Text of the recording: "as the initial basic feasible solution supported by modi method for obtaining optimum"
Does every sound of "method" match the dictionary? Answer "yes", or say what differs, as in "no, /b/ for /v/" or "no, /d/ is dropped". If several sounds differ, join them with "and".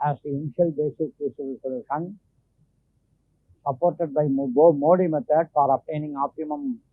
no, /t/ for /θ/